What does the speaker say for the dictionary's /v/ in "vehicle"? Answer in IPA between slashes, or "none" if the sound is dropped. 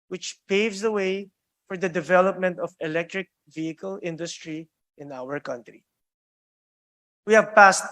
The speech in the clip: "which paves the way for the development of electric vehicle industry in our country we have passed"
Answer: /v/